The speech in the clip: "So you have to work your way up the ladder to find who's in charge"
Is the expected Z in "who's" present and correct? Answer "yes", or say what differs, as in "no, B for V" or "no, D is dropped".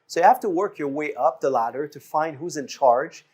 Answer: yes